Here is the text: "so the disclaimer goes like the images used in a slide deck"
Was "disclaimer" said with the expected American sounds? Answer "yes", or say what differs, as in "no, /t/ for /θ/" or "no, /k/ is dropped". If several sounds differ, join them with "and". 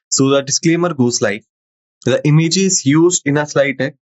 yes